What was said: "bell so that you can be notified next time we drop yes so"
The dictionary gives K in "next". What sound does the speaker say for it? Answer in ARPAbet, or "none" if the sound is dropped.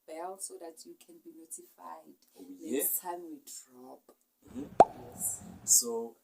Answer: none